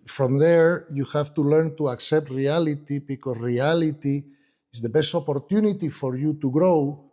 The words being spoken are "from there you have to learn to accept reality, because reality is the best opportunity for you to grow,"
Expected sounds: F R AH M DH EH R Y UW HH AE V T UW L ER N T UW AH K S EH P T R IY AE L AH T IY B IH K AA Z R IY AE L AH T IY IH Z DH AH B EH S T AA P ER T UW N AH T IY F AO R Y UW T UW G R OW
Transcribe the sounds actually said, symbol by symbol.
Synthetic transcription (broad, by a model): F R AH M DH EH R Y UW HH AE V T UW L ER N T UW AH K S EH P T R IY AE L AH T IY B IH K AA S R IY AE L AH T IY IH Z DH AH B EH S T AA P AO T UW N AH T IY F AO R Y UW T UW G R OW